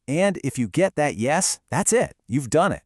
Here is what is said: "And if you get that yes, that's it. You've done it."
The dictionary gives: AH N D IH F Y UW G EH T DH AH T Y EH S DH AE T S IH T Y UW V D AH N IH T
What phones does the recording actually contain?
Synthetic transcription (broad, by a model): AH N D IH F Y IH G EH T DH AH T Y EH S DH AE T S IH T Y UW V D AH N IH T